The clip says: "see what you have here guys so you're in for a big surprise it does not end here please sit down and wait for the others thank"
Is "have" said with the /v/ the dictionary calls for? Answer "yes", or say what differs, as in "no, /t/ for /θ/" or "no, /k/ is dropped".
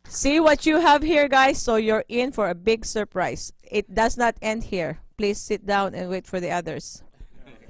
yes